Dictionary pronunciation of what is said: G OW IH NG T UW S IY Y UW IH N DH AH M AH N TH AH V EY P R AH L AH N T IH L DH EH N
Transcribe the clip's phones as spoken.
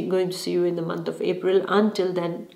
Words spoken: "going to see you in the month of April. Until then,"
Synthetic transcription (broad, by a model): G OW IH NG T UW S IY Y UW IH N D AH M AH N T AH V EY P R AH L AH N T IH L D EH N